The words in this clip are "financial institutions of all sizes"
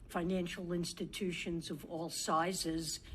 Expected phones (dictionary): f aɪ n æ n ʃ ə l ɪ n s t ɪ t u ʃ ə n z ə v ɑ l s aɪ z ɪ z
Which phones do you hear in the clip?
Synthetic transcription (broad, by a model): f aɪ n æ n ʃ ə l ɪ n s t ɪ t u ʃ ə n z ə v ɑ l s aɪ z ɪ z